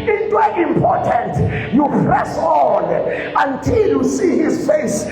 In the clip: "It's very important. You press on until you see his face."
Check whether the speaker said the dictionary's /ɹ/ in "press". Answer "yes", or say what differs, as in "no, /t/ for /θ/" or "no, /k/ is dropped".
yes